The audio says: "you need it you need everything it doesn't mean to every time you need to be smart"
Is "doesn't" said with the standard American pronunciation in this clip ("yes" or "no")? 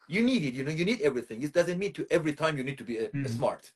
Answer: yes